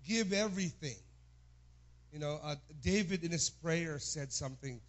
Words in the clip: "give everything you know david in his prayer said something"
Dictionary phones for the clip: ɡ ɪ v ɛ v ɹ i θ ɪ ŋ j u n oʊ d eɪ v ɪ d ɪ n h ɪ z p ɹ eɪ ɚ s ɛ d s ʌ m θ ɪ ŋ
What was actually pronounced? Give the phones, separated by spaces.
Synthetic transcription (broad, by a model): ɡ ɪ v ɛ v ɹ i θ ɪ ŋ j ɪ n oʊ d eɪ v ɪ d ɪ n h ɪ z p ɹ eɪ ɚ s ɛ d s ʌ m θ ɪ ŋ